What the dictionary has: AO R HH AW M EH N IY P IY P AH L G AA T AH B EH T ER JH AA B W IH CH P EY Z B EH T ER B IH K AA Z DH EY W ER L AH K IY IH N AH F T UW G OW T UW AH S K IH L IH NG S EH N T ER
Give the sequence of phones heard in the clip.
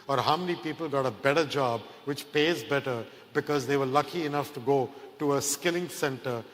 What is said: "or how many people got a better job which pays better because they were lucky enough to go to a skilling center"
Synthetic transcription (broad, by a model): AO R HH AW M EH N IY P IY P AH L G AA T AH B EH T ER JH AA B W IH CH P EY Z B EH T ER B IH K AA Z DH EY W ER L AH K IY IH N AH F T UW G OW T UW AH S K IH L IH NG S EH N T ER